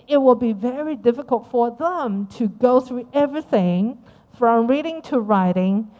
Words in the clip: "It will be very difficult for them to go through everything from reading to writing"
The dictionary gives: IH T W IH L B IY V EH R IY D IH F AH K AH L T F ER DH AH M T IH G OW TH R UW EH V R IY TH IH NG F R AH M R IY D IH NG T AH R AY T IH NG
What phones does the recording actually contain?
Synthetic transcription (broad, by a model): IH T W IH L B IY V EH R IY D IH F AH K AH L T F ER DH AH M T IH G OW TH R UW EH V R IY TH IH NG F R AH M R IY D IH NG T AH R AY T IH NG